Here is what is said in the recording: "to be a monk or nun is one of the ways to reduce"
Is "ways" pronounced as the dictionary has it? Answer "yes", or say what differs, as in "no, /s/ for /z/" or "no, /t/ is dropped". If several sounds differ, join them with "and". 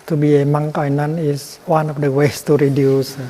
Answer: no, /s/ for /z/